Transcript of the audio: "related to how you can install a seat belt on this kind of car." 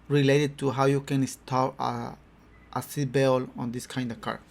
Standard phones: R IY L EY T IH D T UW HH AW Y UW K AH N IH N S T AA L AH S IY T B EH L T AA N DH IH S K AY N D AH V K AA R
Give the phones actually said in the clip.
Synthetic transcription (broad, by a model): R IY L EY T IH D T UW HH AW Y UW K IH N S T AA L AH S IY B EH L AA N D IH S K AY N D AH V K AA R